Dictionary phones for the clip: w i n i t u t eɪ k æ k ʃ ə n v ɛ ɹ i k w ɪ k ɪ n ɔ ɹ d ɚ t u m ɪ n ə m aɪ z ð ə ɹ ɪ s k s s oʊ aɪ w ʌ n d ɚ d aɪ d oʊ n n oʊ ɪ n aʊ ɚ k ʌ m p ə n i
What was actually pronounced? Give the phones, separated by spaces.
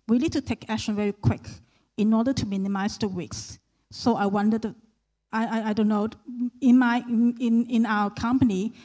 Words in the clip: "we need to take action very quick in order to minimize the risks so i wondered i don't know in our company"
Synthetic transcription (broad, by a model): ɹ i l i t u t eɪ k æ k ʃ ə n v ɛ ɹ i k w ɪ k ɪ n ɔ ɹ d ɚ t u m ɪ n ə m aɪ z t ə w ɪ k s s oʊ aɪ w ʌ n d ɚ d aɪ d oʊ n n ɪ ɪ n aʊ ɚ k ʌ m p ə n i